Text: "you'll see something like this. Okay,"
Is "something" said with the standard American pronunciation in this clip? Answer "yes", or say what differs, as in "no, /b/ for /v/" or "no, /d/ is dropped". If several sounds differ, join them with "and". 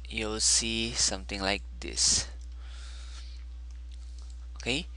no, /t/ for /θ/